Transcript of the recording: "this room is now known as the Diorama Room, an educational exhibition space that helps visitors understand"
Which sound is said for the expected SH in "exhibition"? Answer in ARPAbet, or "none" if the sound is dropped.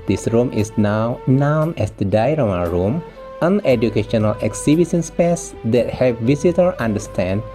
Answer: S